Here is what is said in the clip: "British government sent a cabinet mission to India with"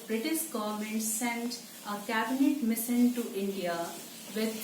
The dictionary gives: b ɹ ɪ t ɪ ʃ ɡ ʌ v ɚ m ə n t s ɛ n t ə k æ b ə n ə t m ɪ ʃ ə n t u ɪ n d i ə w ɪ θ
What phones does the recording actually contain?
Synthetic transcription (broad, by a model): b ɹ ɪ t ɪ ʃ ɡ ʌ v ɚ m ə n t s ɛ n t ə k æ b ə n ə t m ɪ s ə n t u ɪ n d i ə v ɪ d